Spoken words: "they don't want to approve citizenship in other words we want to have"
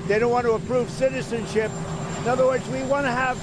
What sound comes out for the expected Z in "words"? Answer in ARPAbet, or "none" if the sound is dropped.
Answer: Z